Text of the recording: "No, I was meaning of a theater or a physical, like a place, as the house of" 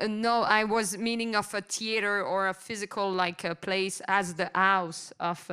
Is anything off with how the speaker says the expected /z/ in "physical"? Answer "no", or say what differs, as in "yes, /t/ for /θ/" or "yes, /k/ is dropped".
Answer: no